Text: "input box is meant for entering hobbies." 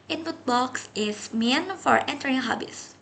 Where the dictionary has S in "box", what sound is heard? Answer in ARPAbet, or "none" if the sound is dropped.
S